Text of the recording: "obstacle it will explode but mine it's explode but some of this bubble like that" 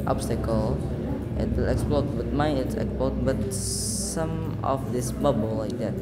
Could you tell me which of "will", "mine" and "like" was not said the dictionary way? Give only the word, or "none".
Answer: mine